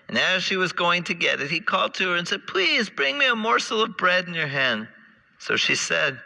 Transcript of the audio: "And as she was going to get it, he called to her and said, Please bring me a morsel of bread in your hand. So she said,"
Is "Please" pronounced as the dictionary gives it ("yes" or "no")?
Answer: yes